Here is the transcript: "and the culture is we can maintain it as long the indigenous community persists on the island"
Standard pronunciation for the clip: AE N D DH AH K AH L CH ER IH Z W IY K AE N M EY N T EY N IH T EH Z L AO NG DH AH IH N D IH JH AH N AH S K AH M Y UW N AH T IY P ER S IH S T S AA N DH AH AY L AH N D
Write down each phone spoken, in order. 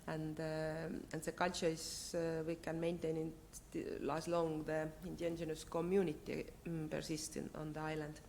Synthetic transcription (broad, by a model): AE N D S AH K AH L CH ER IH S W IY K AE N M EY N T EY N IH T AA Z L AO NG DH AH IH N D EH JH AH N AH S K AH M Y UW N AH T IY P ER S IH S T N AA N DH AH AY L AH N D